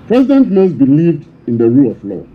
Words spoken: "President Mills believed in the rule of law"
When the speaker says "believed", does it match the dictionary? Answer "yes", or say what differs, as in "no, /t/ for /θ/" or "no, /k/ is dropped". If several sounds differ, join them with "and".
yes